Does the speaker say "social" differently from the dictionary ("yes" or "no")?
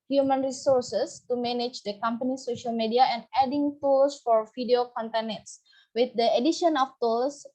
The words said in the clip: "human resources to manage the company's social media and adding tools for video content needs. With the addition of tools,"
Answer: no